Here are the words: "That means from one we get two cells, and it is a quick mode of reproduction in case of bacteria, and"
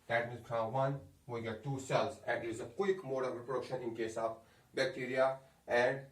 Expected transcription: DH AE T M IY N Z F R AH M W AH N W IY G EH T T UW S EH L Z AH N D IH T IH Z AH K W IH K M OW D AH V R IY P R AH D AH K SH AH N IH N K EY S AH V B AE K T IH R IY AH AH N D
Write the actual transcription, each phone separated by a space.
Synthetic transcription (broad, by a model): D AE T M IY Z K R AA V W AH N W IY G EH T T UW S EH L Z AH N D IH T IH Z AH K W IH K M OW D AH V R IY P R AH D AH K SH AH N IH N K EY S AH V B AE K T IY R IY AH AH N D